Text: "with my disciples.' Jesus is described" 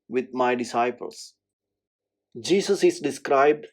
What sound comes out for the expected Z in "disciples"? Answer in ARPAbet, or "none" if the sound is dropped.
S